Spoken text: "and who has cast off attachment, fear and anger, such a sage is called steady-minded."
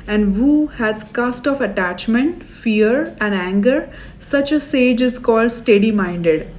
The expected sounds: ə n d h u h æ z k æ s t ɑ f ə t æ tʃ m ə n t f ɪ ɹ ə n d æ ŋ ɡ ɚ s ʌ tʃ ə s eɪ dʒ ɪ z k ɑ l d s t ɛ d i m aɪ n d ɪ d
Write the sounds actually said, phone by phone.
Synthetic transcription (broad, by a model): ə n d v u h æ z k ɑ s t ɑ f ə t æ tʃ m ə n t f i ɹ ə n d æ ŋ ɡ ɚ s ʌ tʃ ə s eɪ dʒ ɪ z k ɑ l d s t ɛ d i m aɪ n d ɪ d